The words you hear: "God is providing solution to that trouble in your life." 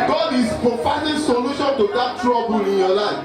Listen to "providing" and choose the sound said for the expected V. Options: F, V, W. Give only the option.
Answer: F